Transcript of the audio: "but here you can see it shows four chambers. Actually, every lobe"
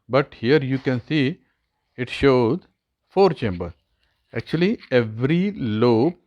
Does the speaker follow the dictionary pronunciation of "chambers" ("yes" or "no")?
no